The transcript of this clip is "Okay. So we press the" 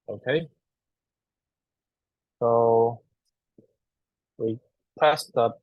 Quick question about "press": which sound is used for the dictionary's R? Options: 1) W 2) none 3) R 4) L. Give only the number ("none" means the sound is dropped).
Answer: 2